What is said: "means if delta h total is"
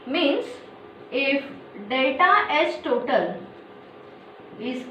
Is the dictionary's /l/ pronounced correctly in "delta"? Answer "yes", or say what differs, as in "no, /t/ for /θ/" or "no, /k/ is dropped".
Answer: no, /l/ is dropped